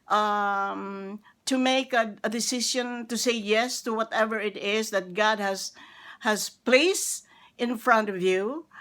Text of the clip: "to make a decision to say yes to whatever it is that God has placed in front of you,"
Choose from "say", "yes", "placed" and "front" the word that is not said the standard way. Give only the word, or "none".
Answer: none